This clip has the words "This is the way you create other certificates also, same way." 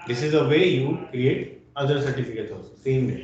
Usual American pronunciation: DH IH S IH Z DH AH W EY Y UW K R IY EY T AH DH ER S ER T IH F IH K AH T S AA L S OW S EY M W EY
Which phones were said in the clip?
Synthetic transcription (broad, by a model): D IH S IH Z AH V EY Y UW K R IY EY T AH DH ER S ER T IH F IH K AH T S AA S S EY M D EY